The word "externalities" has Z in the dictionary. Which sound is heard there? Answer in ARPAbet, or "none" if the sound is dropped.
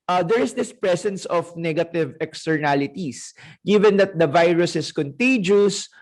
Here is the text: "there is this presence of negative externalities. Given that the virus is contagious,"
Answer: S